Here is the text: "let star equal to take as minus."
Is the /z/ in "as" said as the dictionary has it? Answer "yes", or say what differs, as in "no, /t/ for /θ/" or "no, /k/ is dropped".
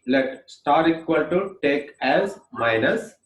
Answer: yes